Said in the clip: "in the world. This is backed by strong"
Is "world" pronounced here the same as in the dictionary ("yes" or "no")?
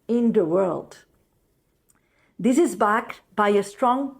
yes